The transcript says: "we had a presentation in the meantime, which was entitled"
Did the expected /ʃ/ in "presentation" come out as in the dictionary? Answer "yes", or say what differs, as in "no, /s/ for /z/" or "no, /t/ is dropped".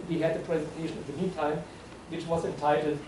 yes